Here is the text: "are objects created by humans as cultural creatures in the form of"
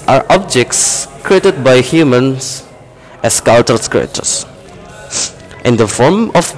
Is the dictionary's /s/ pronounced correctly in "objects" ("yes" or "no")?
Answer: yes